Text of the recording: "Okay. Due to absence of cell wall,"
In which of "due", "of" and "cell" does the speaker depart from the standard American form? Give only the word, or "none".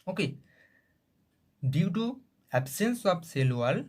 of